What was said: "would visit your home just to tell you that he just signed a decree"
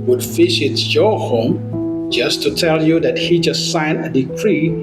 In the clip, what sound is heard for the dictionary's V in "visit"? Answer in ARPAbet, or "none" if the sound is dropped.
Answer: F